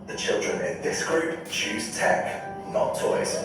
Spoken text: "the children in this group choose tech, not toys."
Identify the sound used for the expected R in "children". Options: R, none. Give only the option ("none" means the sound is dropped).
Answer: R